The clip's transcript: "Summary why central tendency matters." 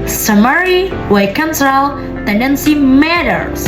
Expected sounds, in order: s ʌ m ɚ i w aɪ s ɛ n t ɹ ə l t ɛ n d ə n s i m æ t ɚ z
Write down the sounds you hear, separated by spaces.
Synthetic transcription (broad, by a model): s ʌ m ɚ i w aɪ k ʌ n s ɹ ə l t ɛ n d ə n s i m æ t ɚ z